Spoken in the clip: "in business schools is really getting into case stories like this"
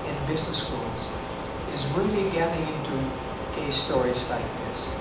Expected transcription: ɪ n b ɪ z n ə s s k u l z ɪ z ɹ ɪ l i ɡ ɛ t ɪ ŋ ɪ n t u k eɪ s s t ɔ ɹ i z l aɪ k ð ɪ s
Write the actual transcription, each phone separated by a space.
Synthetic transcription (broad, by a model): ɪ n b ɪ z n ə s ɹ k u l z ɪ z ɹ ɪ l i ɡ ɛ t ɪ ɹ ɪ n t u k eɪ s s t ɔ ɹ i z l aɪ k ð ɪ s